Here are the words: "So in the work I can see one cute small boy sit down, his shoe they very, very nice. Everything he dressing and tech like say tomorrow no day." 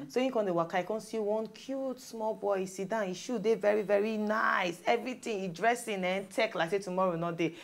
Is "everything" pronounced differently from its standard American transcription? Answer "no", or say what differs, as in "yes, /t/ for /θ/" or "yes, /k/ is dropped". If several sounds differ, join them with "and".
yes, /t/ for /θ/